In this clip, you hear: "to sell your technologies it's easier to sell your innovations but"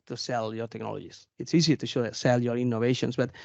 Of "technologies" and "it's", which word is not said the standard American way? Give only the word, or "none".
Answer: technologies